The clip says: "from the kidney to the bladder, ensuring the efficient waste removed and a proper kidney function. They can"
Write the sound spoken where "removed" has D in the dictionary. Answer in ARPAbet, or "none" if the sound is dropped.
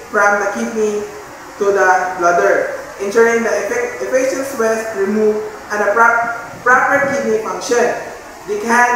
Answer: none